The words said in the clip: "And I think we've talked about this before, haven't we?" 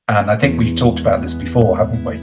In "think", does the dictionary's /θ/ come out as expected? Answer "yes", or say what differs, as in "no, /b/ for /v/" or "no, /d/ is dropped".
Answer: yes